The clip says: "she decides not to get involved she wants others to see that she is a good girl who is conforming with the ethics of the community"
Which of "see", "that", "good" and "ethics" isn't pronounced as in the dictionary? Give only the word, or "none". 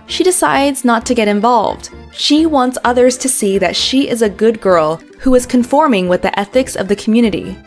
none